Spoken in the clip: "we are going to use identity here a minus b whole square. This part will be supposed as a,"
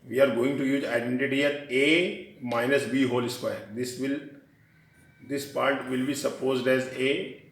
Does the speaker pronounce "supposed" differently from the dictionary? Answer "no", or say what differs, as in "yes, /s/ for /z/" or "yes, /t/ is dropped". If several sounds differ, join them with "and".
no